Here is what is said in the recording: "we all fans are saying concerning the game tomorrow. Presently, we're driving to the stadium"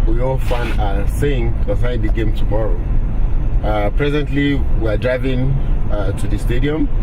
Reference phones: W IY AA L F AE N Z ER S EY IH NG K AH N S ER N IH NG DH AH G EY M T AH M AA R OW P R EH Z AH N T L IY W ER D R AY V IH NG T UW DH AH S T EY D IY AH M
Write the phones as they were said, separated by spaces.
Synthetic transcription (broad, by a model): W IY AA L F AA N ER S EY IH NG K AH S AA IH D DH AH G EY M T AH M AA R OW P R EH Z AH N T L IY W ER D R AY V IH NG T UW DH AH S T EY D IY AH M